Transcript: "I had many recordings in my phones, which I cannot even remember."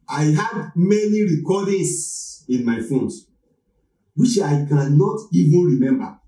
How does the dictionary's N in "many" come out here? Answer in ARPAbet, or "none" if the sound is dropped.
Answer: N